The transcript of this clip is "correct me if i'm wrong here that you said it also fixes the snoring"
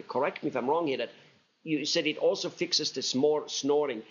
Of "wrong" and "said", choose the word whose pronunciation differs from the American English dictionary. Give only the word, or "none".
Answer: none